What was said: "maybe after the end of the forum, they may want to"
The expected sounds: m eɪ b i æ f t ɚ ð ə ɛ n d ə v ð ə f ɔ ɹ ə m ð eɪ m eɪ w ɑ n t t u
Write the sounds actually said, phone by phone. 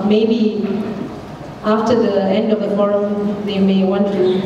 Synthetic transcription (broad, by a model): m eɪ b i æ f t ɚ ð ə ɛ n d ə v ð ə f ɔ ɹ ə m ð eɪ m eɪ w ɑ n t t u